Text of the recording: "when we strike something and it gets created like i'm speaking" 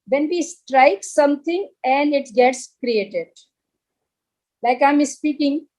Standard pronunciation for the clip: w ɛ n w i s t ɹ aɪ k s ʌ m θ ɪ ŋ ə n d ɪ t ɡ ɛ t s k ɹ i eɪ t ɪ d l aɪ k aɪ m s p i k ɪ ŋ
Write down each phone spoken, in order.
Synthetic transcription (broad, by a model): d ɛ n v i s t ɹ aɪ k s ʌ m t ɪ ŋ ə n d ɪ t ɡ ɛ t s k ɹ i eɪ t ɪ d l aɪ k aɪ m s p i k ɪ ŋ